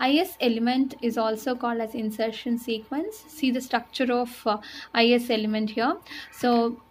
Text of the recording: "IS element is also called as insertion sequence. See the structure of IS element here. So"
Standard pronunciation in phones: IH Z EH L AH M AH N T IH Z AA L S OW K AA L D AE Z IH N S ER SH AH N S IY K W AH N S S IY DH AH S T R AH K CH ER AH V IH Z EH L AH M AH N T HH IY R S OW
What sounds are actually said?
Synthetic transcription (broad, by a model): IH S EH L AH M AH N T IH Z AA L S OW K AA L D AE Z IH N S ER SH AH N S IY K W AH N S S IY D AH S T R AH K CH ER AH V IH S EH L AH M AH N T HH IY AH S OW